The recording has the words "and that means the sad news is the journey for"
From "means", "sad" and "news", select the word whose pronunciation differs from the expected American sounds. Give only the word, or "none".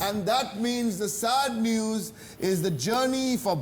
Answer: none